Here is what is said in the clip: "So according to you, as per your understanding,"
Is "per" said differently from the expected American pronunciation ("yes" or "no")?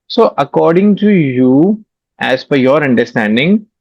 yes